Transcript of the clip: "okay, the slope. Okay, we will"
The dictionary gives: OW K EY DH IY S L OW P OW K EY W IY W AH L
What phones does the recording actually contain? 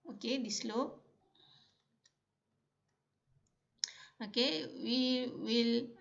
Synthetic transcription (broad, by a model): OW K EY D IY S L OW OW K EY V IY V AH L